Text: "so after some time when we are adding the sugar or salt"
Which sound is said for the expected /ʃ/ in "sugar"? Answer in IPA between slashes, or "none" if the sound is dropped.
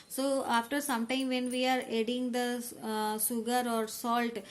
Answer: /s/